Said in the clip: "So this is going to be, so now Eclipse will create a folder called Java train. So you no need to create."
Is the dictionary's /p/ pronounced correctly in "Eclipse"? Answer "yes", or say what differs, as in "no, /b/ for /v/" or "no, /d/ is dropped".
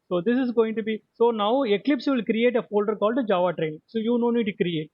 yes